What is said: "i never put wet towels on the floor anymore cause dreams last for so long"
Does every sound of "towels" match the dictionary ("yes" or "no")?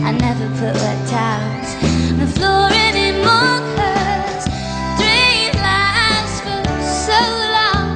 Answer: no